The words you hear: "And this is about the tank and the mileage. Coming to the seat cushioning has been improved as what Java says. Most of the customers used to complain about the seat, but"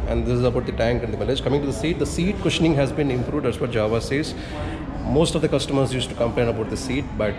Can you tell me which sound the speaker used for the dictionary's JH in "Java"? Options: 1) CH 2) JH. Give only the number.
2